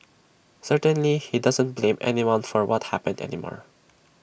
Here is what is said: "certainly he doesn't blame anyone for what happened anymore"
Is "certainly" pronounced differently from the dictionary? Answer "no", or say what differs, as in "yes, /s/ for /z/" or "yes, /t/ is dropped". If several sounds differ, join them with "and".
no